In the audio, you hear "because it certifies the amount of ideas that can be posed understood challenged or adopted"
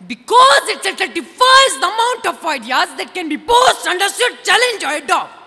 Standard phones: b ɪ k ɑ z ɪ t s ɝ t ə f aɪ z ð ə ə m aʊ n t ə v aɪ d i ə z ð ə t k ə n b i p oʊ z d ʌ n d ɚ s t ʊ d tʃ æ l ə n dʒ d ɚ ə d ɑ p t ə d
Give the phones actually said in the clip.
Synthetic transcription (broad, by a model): b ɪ k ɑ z ɪ t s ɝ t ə f aɪ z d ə ə m aʊ n t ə f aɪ d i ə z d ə t k ə n b i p oʊ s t ʌ n d ɚ s t ʊ d tʃ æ l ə n dʒ ɚ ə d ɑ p